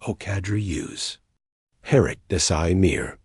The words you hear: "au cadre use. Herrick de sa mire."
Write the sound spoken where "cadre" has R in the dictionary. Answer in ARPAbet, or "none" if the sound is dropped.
R